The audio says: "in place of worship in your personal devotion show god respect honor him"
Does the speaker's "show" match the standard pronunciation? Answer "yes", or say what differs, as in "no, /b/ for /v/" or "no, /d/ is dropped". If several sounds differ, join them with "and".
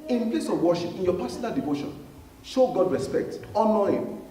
yes